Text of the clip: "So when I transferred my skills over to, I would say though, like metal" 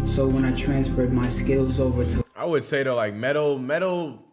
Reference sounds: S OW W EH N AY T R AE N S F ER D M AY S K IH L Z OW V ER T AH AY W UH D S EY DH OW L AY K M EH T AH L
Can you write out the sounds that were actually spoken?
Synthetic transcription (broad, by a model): S OW W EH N AY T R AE N S F ER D M AY S K IH L Z OW V ER T AH AY W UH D S EY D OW L AY K M EH T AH L